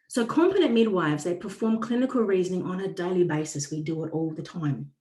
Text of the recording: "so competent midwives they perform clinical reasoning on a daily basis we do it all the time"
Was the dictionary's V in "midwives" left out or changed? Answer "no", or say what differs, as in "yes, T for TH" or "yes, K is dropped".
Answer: no